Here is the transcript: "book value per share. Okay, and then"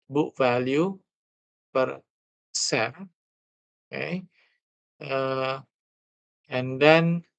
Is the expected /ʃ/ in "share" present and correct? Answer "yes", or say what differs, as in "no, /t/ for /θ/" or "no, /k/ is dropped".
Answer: no, /s/ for /ʃ/